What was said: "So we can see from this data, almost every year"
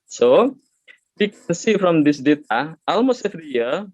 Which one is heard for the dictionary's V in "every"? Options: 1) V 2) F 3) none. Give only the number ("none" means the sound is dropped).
2